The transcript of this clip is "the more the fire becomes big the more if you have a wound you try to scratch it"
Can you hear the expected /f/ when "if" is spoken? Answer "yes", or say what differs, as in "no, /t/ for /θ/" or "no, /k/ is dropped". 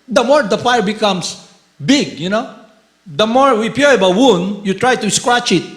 no, /p/ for /f/